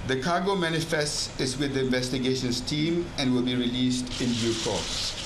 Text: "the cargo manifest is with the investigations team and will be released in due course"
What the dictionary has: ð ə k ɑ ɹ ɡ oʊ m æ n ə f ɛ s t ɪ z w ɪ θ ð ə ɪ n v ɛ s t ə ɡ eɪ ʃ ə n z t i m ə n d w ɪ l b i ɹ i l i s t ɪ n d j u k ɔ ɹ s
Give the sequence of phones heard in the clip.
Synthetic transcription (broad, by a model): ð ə k ɑ ɡ oʊ m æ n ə f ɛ s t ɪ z w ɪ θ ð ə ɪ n v ɛ s t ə ɡ eɪ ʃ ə n s t i m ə n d w ɪ l b i ɹ i l i s t ɪ n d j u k ɔ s